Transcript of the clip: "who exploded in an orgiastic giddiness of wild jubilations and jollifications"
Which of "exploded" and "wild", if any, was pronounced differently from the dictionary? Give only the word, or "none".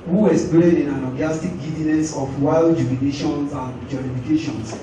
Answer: exploded